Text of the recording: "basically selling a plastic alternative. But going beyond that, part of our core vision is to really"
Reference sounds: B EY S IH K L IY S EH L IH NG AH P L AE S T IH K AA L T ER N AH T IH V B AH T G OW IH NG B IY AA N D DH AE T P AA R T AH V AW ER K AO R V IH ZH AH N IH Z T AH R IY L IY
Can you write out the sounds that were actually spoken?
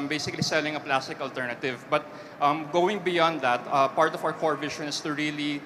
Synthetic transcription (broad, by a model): B EY S IH K L IY S EH L IH NG AH P L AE S T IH K AA L T ER N AH T IH V B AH T G OW IH NG B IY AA N D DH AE T P AA R T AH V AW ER K AO R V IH SH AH N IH S T AH R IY L IY